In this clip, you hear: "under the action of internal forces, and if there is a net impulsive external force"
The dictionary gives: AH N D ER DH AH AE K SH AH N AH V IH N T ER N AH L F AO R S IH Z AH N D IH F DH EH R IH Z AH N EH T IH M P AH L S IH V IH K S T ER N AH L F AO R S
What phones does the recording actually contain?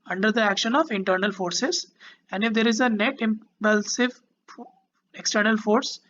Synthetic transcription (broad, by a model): AH N D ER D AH AE K SH AH N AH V IH N T ER N AH L F AO R S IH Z AH N D IH F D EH R IH Z AH N EH T IH M P AH L S IH V IH K S T ER N AH L F AO R S